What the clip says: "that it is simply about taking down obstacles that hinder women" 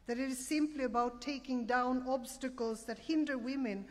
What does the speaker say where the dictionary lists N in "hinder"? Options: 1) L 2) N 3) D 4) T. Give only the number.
2